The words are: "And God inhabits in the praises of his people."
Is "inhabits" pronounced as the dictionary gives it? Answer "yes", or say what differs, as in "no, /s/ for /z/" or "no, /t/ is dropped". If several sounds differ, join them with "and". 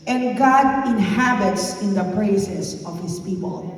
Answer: yes